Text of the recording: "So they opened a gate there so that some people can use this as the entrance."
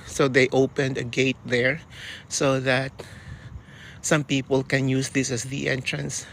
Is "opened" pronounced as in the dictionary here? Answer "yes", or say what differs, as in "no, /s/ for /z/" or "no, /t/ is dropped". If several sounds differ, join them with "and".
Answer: yes